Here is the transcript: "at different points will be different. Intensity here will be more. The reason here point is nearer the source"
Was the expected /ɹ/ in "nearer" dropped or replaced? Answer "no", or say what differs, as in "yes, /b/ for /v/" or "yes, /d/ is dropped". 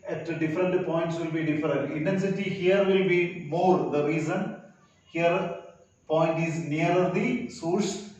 yes, /ɹ/ is dropped